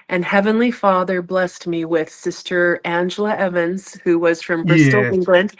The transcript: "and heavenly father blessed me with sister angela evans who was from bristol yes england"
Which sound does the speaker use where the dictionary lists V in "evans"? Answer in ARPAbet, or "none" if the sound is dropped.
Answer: V